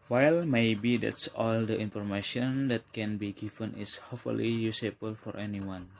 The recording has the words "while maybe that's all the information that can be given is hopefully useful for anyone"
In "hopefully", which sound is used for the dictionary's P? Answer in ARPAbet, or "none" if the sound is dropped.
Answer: none